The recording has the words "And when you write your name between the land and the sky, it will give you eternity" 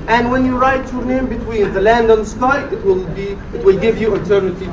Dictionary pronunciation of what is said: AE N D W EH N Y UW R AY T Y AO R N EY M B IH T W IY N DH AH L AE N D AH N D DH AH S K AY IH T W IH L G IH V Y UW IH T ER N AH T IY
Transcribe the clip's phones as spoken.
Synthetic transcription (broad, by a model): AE N D W EH N Y UW R AY T Y AO R N EY M B IH T W IY N DH AH L AE N D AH N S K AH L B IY IH T W IH L G IH V Y UW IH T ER N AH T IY